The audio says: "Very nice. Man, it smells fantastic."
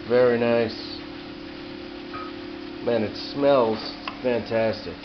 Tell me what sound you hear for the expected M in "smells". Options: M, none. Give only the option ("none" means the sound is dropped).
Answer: M